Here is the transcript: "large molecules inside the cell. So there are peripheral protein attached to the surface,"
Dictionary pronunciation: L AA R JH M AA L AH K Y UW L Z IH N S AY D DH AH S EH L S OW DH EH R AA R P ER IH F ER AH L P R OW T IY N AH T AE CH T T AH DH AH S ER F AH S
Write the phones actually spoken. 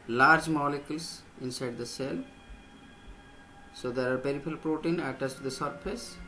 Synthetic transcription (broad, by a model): L AA R JH M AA L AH K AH L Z IH N S AY D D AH S EH L S OW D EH R AA R P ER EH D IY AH L P R OW T IY N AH T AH S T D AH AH S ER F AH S